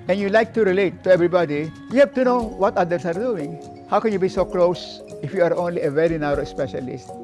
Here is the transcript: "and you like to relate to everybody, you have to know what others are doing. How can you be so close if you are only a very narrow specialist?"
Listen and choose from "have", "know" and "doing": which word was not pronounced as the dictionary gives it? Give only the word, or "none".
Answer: have